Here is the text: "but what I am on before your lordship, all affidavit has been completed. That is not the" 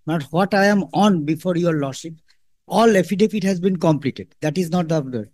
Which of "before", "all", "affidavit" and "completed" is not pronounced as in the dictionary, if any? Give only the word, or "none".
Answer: affidavit